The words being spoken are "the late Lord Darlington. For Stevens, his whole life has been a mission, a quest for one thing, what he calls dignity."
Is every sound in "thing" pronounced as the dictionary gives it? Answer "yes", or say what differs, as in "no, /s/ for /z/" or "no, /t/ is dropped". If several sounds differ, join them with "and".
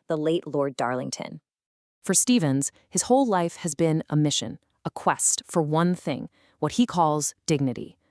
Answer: yes